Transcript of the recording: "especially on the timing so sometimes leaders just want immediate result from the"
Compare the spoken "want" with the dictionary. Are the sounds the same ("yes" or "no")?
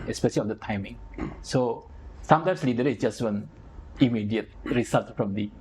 no